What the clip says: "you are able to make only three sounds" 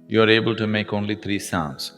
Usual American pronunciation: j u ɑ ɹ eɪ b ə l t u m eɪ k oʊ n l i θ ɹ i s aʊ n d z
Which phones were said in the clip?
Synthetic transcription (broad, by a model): j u ɑ ɹ eɪ b ə l t u m eɪ k oʊ n l i t ɹ i s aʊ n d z